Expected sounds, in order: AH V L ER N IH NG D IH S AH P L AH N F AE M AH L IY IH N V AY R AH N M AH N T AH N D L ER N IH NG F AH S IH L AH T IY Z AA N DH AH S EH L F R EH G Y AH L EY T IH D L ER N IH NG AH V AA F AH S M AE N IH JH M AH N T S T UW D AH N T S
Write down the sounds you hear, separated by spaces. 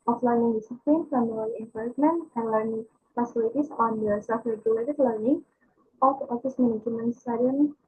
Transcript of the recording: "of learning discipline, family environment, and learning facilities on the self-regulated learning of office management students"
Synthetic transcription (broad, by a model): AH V L ER N IH NG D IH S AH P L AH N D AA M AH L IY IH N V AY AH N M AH N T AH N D L ER N IH NG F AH S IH L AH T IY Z AA N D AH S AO F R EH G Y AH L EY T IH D L ER N IH NG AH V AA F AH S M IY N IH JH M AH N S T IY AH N